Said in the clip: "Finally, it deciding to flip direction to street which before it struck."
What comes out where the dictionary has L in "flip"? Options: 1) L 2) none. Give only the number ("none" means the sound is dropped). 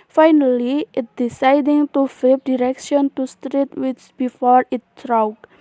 2